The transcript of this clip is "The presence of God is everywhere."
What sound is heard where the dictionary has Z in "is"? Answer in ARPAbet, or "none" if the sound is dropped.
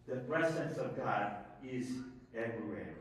Z